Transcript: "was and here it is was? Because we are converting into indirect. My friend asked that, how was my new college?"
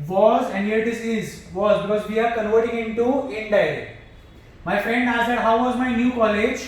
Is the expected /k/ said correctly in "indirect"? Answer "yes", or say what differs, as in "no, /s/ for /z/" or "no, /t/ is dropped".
no, /k/ is dropped